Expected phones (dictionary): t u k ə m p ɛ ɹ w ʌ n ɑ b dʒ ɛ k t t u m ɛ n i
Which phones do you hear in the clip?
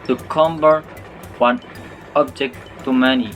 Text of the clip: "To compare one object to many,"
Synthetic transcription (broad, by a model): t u k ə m b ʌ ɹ w ʌ n ɑ b dʒ ɛ k t t u m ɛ n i